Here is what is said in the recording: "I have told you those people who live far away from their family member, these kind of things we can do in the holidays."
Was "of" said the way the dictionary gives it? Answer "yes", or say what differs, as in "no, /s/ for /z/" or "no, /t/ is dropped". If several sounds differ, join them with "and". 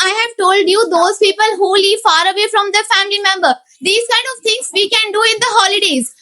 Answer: yes